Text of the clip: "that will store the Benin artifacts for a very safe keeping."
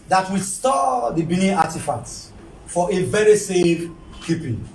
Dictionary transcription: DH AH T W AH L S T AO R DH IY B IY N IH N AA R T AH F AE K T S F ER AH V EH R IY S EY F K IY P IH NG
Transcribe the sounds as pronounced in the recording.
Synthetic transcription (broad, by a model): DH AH T W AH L S T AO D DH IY B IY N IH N AA T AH F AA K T F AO AH V EH R IY S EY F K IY P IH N